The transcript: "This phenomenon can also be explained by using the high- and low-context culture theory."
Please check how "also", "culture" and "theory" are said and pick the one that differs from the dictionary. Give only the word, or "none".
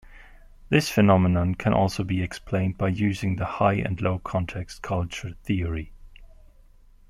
none